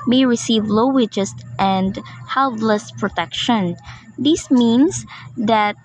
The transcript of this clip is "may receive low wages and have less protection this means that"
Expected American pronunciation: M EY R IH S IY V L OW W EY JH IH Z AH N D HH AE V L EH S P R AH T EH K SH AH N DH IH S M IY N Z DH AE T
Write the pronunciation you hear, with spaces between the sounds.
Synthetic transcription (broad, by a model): M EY R IH S IY V L OW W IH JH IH S AH N D HH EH P L EH S P R AH T EH K SH AH N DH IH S M IY N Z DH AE T